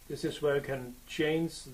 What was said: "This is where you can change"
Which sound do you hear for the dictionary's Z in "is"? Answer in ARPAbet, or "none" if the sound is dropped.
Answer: Z